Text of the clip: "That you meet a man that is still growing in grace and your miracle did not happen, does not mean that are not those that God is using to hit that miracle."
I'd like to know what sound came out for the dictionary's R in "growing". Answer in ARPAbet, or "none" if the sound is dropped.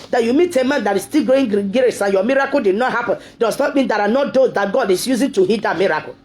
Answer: none